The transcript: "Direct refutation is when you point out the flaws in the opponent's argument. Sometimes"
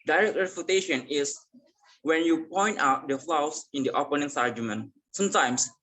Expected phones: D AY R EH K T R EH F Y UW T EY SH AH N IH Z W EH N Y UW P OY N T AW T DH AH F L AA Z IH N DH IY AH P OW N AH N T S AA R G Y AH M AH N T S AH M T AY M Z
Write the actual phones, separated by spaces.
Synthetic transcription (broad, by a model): D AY R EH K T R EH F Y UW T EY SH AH N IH S W EH N Y UW P OY N T AW T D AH F L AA S IH N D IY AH P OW N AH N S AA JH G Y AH M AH N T S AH M T AY M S